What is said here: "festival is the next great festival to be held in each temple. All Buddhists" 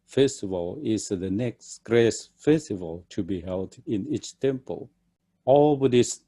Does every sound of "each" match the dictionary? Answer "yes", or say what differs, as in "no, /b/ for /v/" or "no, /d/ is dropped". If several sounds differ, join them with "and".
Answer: yes